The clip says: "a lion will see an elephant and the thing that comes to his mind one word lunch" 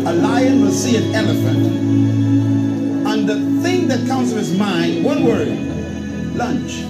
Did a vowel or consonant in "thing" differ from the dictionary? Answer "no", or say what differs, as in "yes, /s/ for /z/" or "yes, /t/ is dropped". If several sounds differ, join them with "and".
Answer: no